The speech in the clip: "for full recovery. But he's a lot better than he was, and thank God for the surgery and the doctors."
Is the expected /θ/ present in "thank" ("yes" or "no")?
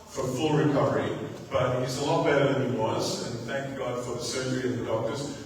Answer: yes